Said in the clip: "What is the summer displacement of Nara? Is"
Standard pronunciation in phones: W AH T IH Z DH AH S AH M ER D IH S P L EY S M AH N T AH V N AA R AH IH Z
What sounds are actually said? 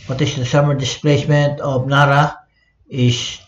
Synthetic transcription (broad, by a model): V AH T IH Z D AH S AH M ER D IH S P L EY S M AH N T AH P N AA R AH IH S